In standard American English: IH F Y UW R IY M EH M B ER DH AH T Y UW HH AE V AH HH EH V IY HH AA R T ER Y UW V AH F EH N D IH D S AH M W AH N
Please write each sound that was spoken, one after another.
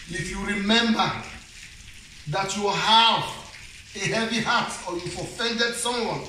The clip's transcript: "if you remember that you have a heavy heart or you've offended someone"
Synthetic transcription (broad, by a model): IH F Y UW R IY M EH M B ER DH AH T Y UW HH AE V AH HH EH V IY HH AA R T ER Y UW AH F EH N D IH D S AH M W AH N